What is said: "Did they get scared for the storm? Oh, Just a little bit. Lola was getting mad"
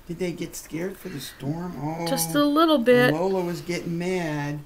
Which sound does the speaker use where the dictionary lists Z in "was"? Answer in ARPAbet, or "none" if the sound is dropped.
Z